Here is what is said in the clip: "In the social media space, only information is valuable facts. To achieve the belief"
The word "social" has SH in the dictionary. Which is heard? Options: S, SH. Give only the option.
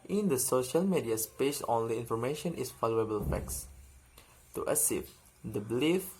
SH